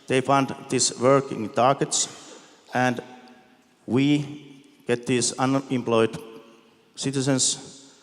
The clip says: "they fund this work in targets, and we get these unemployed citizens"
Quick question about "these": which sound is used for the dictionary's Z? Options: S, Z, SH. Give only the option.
S